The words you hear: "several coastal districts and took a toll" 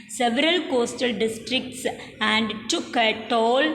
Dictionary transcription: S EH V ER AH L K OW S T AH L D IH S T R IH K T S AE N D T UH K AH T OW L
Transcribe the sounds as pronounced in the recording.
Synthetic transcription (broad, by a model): S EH V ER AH L K OW S T AH L D IH S T R IH K T S AE N D T UH K AH T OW L